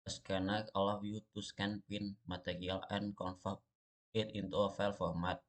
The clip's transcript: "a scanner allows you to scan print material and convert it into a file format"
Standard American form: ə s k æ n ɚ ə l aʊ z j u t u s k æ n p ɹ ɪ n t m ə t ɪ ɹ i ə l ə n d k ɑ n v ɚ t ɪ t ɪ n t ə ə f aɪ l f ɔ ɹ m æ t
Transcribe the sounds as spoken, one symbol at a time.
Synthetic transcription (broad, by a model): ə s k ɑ n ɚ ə l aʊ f j u t u s k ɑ n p ɪ n m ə t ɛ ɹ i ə l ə n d k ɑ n f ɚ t ɪ t ɪ n t ə f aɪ l f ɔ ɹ m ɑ t